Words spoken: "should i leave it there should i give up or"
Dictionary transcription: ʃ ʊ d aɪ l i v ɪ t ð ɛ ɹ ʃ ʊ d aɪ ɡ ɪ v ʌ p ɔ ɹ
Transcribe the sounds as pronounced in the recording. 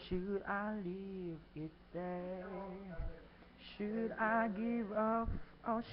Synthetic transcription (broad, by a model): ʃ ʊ d aɪ l i v ɪ t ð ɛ ʃ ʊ d aɪ ɡ ɪ v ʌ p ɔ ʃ